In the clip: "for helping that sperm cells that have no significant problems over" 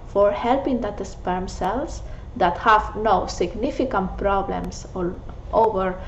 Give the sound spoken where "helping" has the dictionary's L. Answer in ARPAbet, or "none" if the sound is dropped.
L